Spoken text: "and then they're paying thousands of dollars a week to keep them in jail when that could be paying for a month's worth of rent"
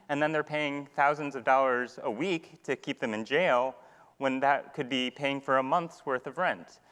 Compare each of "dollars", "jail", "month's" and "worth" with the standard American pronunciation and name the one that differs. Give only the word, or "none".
none